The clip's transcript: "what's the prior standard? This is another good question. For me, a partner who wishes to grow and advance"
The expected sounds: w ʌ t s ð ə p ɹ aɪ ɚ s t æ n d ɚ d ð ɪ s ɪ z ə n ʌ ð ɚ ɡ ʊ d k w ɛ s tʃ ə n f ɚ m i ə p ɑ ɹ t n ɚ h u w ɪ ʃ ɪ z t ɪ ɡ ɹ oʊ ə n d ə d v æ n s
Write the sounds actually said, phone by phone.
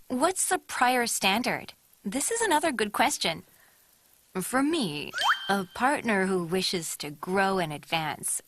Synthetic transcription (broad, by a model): w ʌ t s ð ə p ɹ aɪ ɚ s t æ n d ɚ d ð ɪ s ɪ z ə n ʌ ð ɚ ɡ ʊ d k w ɛ s tʃ ə n f ɚ m i ə p ɑ ɹ t n ɚ h u w ɪ ʃ ɪ z t ɪ ɡ ɹ oʊ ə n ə d v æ n s